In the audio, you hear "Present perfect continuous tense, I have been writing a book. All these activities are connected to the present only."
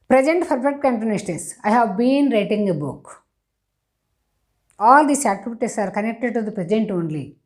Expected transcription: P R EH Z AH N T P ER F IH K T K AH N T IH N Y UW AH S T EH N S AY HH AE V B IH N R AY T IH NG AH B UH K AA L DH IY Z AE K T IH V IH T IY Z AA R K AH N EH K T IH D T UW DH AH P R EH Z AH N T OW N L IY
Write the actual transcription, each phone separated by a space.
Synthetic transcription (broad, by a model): P R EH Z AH N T F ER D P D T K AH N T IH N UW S T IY S AY HH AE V B IH N R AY T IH NG AH B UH K AA L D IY S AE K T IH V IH T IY S AA R K AH N EH K T IH D T UW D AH P R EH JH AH N T OW N L IY